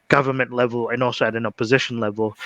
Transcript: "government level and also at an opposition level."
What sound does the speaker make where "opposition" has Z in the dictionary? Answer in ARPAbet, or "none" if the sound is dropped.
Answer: Z